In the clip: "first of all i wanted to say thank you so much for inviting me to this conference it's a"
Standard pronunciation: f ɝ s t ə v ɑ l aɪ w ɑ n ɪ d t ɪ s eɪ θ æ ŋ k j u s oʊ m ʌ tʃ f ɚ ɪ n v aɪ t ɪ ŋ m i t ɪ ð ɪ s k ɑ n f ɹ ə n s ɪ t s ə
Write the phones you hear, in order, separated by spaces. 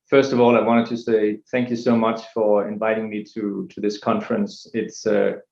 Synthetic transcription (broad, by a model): f ɝ s t ə v ɑ l aɪ w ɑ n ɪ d t ɪ s eɪ θ æ ŋ k j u s oʊ m ʌ tʃ f ɚ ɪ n v aɪ t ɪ ŋ m i t ɪ ð ɪ s k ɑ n f ɹ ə n s ɪ t s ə